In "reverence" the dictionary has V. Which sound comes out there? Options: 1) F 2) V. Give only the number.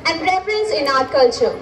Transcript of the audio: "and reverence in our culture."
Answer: 1